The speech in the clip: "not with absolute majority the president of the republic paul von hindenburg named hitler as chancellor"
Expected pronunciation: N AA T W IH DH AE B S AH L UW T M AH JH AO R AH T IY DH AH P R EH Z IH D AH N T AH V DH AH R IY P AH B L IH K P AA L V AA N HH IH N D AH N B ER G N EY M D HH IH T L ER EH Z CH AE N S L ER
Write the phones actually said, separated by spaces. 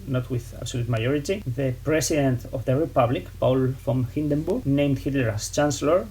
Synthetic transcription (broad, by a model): N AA T W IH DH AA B S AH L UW T M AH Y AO R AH T IY DH AH P R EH S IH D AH N T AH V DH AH R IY P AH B L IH K P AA L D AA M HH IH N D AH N B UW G N EY M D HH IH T L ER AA S CH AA N S L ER